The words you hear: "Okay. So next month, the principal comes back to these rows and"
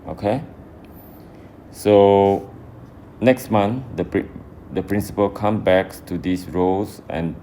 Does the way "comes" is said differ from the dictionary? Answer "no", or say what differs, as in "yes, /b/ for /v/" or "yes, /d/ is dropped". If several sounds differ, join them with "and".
yes, /z/ is dropped